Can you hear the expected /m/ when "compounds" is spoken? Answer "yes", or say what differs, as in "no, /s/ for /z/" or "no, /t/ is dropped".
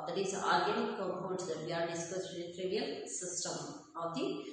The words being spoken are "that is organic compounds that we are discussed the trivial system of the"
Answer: no, /m/ is dropped